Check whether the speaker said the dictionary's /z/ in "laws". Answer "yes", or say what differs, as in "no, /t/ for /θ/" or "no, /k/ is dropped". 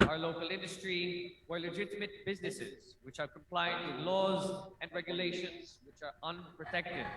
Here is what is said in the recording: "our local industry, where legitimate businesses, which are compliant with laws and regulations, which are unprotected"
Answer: yes